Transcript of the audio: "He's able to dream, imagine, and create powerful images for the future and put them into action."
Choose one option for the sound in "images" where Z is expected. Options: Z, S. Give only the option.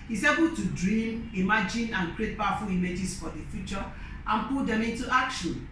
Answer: S